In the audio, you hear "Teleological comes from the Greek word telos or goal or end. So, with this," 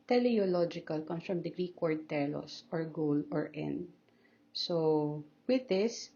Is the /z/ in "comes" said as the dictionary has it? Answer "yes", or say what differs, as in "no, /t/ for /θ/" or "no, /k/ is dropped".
no, /z/ is dropped